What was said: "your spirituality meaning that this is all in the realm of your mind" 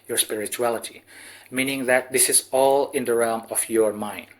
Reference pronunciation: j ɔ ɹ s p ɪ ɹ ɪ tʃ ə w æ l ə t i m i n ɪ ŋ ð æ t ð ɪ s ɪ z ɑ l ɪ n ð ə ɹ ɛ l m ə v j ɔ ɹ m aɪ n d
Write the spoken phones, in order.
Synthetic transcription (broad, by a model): j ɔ ɹ s p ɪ ɹ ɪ tʃ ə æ l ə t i m i n ɪ ŋ ð æ t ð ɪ s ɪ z ɑ l ɪ n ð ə ɹ ɛ l m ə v j ɔ ɹ m aɪ n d